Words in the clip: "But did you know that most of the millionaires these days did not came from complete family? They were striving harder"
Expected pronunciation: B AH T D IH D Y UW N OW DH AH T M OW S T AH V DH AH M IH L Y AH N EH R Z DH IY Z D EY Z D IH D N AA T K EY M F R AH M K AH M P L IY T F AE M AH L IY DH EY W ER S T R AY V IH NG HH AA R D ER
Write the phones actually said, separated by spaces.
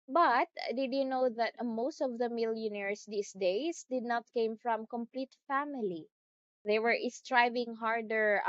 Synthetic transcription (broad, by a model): B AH T D IH D Y UW N OW DH AH T M OW S T AH V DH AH M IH L Y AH N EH R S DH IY S D EY S D IH D N AA T K EY M F R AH M K AH M P L IY T F AE M AH L IY DH EY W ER S T R AY V IH NG HH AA R D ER